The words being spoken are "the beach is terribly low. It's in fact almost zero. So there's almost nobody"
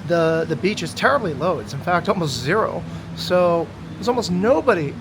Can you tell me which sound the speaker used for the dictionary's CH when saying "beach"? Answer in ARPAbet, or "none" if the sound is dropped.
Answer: CH